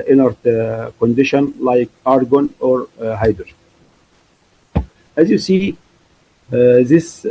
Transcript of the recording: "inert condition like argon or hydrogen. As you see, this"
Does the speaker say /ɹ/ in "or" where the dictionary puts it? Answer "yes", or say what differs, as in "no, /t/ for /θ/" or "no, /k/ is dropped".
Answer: yes